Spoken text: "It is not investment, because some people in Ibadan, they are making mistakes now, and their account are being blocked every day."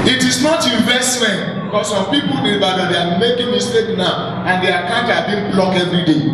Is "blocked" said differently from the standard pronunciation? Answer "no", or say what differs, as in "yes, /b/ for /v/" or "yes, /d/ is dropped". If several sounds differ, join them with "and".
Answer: yes, /t/ is dropped